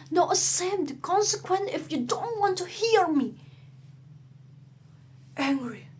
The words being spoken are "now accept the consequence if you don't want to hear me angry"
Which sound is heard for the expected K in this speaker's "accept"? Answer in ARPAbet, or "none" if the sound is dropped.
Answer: none